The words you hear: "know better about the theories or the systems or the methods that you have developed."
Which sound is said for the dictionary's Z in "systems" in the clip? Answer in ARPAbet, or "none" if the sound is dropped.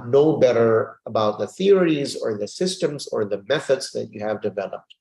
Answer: Z